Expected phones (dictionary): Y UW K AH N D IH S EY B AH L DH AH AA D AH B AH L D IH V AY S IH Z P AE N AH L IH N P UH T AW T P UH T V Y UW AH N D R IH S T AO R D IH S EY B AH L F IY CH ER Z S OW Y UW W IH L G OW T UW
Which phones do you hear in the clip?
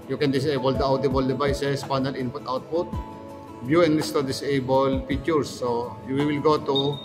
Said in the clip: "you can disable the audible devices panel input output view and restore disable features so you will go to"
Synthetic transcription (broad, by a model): Y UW K AH N D IH S EY B AH L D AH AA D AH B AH L D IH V AY S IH S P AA N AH L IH N P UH T AW T P UH T B Y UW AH N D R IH S T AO D IH S EY B AH L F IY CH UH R S OW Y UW W IH L G OW T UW